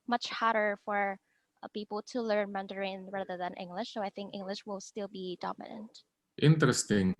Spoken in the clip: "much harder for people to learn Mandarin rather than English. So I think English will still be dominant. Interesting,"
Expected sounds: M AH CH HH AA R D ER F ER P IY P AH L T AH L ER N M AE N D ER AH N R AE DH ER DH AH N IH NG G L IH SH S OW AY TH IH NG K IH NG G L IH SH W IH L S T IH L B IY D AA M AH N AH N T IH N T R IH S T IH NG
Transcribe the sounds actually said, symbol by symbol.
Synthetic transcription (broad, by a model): M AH CH HH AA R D ER F ER P IY P L T AH L ER N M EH N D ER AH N R AE DH ER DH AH N IH NG G L IH SH S OW AY TH IH NG K IH NG G L IH SH W IH L S T IH L B IY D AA M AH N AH N T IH N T R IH S T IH NG